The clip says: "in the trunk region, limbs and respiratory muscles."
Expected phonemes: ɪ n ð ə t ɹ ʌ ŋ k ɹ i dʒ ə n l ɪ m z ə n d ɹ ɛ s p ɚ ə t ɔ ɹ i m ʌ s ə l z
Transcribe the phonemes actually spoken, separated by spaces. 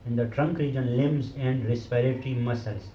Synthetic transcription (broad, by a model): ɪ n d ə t ɹ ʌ ŋ k ɹ i dʒ ə n l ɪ m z ə n d ɹ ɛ s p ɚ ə t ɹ i m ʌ s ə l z